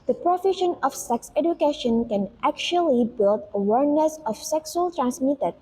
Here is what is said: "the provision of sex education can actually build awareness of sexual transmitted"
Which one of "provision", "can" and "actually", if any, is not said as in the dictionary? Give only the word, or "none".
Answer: provision